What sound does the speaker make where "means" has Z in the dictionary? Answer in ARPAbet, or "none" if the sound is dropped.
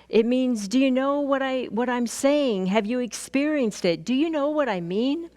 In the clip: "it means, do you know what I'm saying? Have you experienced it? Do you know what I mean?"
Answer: Z